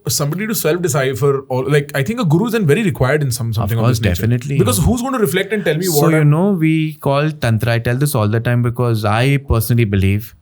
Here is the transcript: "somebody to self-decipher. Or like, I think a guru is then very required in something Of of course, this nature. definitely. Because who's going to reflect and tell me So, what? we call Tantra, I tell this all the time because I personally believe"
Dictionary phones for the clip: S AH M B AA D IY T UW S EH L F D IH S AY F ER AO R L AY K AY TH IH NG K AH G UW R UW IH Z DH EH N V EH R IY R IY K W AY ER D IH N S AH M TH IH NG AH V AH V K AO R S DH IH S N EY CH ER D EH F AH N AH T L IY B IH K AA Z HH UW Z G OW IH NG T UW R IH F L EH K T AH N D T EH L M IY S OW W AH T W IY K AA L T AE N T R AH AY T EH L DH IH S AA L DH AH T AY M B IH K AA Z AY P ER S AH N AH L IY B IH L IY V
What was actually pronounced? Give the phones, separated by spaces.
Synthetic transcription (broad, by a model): S AH M B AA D IY T UW S EH L F D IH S AY F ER AO L L AY K AY T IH NG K AH G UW R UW IH Z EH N V EH R IY R IY K W AY ER D IH N S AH M S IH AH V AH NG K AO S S D EH F AH N AH T L IY B IH K AA Z HH UW Z G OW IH T UW R IH F L EH K T AH N D T EH L M IY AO OW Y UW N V IY K AA L T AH N T R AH AY T EH L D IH S AA L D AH T AY M B IH K AA Z AY P ER S AH N AH L IY B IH L IY V